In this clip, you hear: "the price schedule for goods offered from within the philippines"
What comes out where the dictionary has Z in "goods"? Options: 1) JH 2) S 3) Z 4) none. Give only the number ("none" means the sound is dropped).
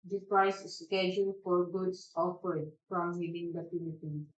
2